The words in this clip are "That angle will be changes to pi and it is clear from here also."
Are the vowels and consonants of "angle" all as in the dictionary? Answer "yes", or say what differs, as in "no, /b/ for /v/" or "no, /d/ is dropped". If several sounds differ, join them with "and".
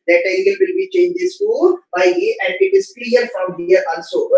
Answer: no, /ŋ/ is dropped